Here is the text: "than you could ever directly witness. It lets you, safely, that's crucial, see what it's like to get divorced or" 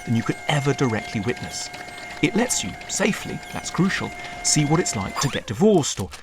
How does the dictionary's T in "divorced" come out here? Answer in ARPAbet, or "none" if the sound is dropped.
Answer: T